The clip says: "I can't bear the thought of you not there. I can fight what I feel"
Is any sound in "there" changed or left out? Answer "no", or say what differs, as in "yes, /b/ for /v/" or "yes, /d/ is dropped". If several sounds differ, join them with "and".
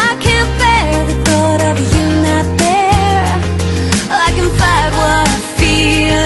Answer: yes, /l/ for /ɹ/